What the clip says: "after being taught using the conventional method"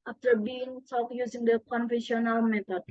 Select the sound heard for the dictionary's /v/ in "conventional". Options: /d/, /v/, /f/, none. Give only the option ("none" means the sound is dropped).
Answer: /f/